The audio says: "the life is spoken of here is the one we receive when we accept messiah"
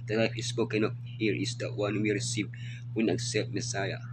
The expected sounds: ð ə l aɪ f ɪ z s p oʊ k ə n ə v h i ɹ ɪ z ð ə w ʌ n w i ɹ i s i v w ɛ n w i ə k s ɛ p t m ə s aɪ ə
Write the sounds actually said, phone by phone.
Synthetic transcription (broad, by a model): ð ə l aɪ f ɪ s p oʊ k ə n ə p h i ɹ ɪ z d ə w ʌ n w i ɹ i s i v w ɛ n ə k s ɛ p t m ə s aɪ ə